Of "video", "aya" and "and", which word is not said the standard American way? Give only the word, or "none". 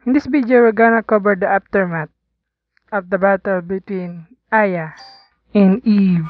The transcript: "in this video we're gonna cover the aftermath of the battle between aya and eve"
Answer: video